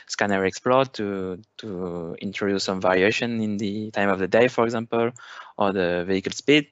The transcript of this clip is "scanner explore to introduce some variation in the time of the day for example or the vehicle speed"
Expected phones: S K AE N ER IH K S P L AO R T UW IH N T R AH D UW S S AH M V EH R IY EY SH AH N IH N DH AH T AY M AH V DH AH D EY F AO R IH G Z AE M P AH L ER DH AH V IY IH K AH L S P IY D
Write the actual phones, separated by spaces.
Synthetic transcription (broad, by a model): S K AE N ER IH K S P L AO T T UW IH N T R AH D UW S S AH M V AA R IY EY SH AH N IH N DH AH T AY M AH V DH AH D EY F AO R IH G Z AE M P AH L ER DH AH V IY IH K AH L S P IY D